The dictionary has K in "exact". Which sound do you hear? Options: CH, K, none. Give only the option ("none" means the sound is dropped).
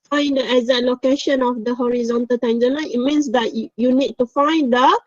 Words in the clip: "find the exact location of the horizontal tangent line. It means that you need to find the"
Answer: none